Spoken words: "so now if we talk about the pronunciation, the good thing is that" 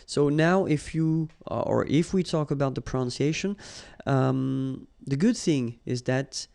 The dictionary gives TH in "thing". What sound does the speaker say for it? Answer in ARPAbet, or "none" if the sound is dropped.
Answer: TH